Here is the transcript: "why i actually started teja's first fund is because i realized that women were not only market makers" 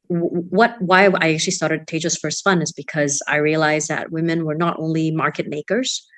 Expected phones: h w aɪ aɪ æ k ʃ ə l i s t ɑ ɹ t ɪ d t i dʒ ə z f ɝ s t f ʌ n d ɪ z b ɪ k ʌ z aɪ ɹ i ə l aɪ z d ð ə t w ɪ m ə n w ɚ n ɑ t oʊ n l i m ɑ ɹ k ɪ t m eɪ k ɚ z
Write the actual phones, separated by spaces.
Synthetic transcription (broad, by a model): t w aɪ aɪ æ k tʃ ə l i s t ɑ ɹ t ɪ d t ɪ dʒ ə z f ɝ s t f ʌ n ɪ z b ɪ k ʌ z aɪ ɹ i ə l aɪ z ð ə t w ɪ m ə n w ɚ n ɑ t oʊ n l i m ɑ ɹ k ɪ t m eɪ k ɚ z